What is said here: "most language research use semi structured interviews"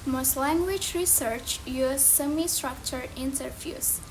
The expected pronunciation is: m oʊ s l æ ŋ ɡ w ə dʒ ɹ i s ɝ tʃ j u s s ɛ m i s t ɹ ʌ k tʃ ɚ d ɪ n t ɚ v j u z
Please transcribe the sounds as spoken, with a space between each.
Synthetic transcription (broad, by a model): m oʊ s l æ ŋ ɡ w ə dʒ ɹ i s ɝ tʃ j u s s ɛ m i s t ɹ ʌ k tʃ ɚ ɪ n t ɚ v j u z